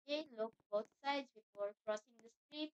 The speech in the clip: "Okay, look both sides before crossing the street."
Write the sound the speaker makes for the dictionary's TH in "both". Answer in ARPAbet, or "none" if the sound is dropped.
T